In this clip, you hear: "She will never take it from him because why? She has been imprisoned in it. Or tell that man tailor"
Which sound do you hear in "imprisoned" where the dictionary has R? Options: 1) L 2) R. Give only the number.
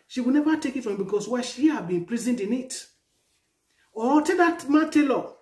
1